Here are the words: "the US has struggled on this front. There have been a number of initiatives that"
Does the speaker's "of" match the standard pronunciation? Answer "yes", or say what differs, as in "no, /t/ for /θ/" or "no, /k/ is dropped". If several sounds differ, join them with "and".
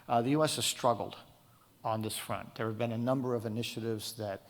yes